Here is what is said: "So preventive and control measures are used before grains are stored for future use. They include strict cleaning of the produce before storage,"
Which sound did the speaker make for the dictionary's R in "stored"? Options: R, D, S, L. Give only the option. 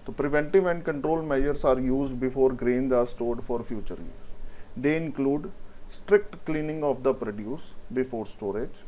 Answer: R